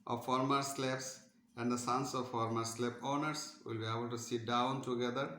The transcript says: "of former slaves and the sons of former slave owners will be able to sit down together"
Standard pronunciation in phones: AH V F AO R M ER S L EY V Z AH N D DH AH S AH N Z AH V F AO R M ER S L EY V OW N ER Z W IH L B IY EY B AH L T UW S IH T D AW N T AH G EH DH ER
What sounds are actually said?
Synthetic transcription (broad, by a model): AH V F AO R M ER S L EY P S AH N D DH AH S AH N S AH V F AO R M ER S L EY P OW N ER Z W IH L B IY EY B AH L T UW S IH T D AW N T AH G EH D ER